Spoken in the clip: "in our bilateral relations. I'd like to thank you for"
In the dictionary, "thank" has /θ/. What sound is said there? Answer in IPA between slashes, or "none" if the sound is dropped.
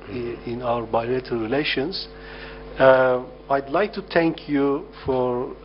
/t/